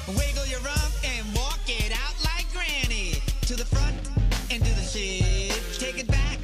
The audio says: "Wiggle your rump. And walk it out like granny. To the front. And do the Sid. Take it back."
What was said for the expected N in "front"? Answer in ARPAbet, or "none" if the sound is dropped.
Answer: N